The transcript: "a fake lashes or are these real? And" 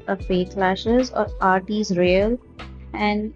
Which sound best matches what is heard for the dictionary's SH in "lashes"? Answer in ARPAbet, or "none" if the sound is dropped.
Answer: SH